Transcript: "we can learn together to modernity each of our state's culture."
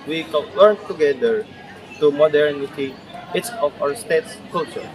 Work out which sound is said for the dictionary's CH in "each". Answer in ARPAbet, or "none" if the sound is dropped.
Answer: S